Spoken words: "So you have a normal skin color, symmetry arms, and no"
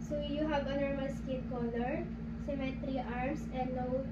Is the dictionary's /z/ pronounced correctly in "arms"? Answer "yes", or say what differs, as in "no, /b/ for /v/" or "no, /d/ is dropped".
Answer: no, /s/ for /z/